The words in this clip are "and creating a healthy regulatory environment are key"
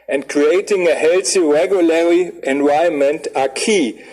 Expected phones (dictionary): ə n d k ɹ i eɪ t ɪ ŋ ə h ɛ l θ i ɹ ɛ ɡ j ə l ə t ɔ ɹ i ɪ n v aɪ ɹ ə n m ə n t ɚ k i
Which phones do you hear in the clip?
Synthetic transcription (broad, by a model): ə n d k ɹ i eɪ t ɪ ŋ ə h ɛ l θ i ɹ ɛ ɡ j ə l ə ɹ i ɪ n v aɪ ə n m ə n t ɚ k i